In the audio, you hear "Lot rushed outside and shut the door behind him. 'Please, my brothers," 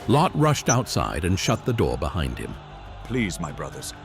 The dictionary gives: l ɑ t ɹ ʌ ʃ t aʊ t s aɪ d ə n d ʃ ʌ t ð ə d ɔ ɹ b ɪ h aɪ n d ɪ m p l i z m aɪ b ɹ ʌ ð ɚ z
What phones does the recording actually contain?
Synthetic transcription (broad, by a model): l ɑ t ɹ ʌ ʃ t aʊ t s aɪ d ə n ʃ ʌ t ð ə d ɔ ɹ b ɪ h aɪ n d ɪ m p l i z m aɪ b ɹ ʌ ð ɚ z